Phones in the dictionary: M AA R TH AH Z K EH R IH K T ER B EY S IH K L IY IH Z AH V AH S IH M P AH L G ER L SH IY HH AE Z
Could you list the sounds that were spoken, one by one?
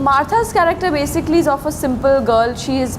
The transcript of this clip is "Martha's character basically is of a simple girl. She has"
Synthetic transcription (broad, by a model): M AA R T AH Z K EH R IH K T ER B EY S IH K L IY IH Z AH F AH S IH M P AH L G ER L SH IY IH Z